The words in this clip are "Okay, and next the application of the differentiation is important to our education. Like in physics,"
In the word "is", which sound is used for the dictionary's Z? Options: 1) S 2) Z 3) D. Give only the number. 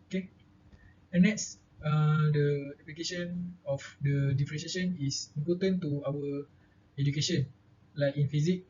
1